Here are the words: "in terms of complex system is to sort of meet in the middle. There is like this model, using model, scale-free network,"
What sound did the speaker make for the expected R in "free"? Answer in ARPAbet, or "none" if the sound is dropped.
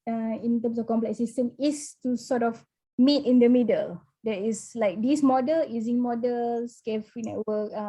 none